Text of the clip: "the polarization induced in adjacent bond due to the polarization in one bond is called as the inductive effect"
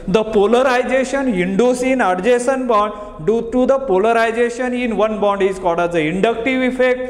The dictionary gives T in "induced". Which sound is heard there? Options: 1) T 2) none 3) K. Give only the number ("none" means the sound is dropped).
2